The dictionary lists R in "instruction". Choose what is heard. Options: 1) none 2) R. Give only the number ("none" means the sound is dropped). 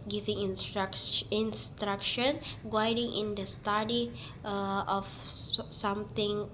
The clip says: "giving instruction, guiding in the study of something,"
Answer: 2